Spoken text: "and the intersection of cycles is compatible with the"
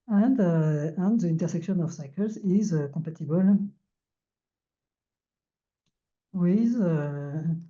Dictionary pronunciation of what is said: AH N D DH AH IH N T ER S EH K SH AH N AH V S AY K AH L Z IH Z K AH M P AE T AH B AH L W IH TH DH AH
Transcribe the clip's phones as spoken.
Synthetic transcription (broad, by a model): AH N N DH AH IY N T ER S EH K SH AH N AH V S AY K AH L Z IH Z K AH P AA T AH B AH L W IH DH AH